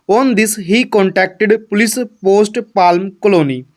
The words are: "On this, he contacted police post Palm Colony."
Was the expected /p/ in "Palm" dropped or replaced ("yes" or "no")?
no